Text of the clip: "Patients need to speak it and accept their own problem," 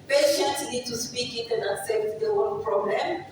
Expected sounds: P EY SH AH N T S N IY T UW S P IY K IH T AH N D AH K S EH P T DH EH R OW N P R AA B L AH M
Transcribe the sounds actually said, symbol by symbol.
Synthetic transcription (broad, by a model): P EY SH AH N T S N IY T UW S P IY K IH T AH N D AH K S EH P T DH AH W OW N P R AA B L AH M